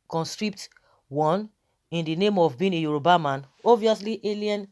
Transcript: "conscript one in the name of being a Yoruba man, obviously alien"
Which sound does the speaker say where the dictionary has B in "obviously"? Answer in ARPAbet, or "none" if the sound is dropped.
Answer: none